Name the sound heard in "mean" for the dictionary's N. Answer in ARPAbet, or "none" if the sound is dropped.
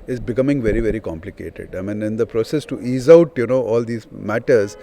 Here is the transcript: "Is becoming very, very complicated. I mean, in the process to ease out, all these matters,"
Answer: N